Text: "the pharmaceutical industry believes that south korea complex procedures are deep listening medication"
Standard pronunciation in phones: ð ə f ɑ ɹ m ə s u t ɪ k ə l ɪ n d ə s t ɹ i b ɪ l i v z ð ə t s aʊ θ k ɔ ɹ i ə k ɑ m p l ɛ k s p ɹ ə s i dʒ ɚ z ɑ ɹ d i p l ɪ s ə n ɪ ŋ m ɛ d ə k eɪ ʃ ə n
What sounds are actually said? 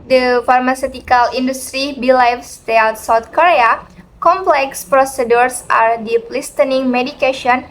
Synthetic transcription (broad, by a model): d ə f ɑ ɹ m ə s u t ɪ k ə l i n d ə s t ɹ i b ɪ l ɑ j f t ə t s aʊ t k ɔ ɹ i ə k ɑ m p l ɛ k s p ɹ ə s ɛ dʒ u s ɑ ɹ d i p l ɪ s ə n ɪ ŋ m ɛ d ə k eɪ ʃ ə n